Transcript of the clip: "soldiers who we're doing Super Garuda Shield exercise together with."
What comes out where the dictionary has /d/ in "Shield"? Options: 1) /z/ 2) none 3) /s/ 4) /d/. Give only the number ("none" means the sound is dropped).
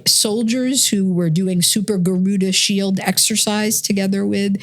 4